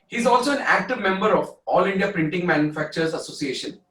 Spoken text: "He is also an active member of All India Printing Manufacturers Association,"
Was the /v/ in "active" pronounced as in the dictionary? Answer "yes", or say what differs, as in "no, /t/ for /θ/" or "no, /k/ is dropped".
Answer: yes